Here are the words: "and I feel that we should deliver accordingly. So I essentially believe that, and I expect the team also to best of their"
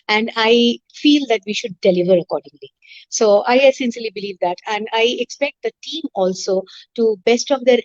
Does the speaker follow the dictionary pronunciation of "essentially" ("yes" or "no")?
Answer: no